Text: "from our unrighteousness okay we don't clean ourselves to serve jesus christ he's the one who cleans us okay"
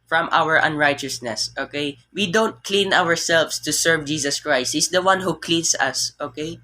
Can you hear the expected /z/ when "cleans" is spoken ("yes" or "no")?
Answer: no